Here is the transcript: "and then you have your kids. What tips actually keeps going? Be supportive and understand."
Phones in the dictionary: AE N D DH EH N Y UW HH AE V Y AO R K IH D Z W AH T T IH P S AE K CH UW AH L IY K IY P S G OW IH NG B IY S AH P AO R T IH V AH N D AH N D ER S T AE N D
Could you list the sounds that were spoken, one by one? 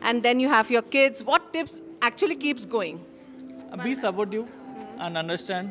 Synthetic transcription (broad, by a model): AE N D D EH N Y UW HH AE V Y AO R K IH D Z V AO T T IH P S AE K CH UW AH L IY K IY P S G OW IH NG B IY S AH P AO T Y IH AH N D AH N D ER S T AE N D